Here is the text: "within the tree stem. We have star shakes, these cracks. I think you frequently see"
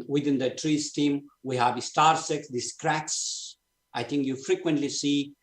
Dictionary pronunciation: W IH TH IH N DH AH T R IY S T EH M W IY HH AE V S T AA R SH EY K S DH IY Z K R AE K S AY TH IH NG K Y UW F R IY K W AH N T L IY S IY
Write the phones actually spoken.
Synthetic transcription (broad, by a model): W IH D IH N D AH T R IY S T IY M W IY HH AE V S T AA R S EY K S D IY S K R AE K S AY T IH NG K Y UW F R IY K W AH N T L IY S IY